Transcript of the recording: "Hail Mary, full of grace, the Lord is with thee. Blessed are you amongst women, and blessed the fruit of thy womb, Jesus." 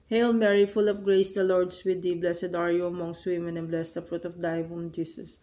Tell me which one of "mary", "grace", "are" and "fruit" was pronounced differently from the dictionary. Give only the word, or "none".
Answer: none